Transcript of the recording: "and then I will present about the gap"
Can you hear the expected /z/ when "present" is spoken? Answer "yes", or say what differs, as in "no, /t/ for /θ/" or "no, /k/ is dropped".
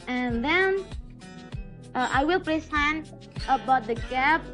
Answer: no, /s/ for /z/